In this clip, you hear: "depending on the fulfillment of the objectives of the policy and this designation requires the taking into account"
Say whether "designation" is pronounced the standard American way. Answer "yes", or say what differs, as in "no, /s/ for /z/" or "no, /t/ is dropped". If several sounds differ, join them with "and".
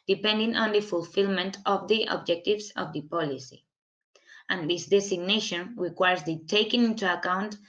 no, /s/ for /z/